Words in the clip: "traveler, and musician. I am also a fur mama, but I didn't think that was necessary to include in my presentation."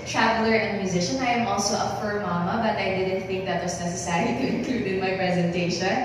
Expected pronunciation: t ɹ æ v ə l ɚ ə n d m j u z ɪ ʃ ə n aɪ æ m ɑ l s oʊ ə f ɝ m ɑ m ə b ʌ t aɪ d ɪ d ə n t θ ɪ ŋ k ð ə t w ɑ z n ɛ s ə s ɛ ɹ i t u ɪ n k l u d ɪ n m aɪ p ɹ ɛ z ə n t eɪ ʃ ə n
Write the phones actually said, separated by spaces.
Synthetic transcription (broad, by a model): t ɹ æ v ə l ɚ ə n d m j u z ɪ ʃ ə n aɪ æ m ɑ l s oʊ ə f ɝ m ɑ m ə b ʌ t aɪ d ɪ d ə n t θ ɪ ŋ k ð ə t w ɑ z n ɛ s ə s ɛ ɹ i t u ɪ n k l u d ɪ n m aɪ p ɹ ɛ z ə n t eɪ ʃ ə n